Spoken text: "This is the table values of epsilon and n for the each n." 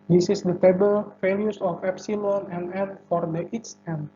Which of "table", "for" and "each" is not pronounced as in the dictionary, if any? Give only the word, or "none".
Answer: each